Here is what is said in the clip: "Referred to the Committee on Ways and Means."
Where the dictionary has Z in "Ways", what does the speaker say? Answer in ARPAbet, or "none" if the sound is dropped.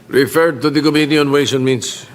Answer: S